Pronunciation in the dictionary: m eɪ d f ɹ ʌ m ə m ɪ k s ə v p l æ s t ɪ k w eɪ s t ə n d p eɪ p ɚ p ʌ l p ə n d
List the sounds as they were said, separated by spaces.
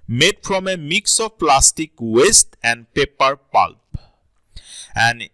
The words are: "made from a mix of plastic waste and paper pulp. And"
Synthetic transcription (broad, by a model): m eɪ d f ɹ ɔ m ə m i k s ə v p l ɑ s t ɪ k w eɪ s t ə n d p eɪ p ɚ p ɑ l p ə n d